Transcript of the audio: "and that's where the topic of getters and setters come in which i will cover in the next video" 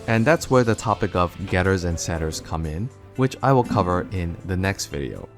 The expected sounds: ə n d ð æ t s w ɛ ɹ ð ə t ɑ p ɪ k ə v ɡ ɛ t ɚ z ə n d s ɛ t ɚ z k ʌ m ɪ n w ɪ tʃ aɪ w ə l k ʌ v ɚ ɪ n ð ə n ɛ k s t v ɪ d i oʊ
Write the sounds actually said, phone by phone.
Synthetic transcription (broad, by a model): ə n ð æ t s w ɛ ɹ ð ə t ɑ p ɪ k ə v ɡ ɛ t ɚ z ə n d s ɛ t ɚ z k ʌ m ɪ n w ɪ tʃ aɪ w ə l k ʌ v ɚ ɪ n ð ə n ɛ k s t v ɪ d i oʊ